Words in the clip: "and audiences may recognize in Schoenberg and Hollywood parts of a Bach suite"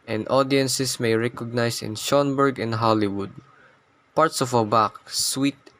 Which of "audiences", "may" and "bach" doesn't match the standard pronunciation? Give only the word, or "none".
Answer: audiences